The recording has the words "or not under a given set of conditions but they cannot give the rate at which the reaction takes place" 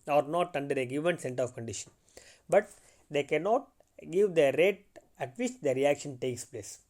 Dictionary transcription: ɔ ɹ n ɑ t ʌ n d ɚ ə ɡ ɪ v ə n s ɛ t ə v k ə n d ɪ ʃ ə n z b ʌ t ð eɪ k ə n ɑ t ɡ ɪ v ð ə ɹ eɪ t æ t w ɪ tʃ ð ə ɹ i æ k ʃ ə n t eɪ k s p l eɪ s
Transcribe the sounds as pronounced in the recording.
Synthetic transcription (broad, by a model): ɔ ɹ n ɑ t ʌ n d ɚ ə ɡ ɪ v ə n s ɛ t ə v k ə n d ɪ ʃ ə n b ʌ t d eɪ k ə n ɑ t ɡ ɪ v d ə ɹ eɪ t æ t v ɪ tʃ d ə ɹ i æ k ʃ ə n t eɪ k s p l eɪ s